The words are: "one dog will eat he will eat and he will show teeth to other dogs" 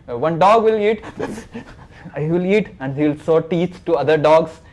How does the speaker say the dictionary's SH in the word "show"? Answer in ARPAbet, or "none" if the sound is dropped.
S